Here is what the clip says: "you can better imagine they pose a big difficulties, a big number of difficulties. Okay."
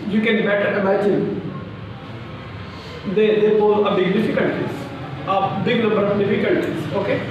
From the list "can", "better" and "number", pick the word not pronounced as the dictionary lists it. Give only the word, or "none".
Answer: number